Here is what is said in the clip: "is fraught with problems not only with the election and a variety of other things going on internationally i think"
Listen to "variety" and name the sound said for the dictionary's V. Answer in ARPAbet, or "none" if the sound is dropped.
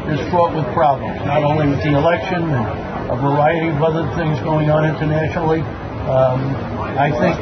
V